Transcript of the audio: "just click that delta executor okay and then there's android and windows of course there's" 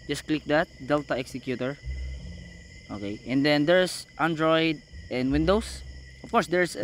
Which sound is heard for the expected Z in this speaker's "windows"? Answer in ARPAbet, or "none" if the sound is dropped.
S